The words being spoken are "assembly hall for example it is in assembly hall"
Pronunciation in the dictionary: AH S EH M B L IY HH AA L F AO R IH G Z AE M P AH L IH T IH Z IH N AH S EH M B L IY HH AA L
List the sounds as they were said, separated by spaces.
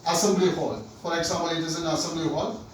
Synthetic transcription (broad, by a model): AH S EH M B L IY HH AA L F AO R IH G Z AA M AH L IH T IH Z IH N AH S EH M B L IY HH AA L